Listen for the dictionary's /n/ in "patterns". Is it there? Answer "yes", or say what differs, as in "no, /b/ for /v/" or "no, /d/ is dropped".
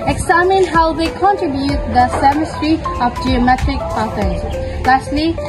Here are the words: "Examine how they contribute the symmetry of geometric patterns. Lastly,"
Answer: no, /n/ is dropped